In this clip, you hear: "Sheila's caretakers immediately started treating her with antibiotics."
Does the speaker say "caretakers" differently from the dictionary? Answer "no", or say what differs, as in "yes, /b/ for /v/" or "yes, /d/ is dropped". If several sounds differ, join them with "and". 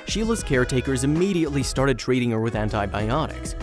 no